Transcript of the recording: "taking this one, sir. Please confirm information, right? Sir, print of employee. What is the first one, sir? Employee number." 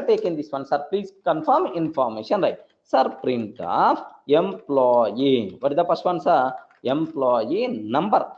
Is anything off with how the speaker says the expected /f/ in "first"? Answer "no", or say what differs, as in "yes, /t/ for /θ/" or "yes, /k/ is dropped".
yes, /p/ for /f/